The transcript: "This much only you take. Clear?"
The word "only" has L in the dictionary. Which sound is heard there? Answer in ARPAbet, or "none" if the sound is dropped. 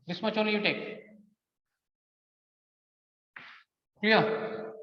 none